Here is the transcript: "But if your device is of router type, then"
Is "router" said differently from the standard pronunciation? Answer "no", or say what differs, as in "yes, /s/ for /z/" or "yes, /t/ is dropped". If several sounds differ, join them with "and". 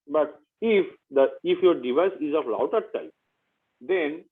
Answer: yes, /l/ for /ɹ/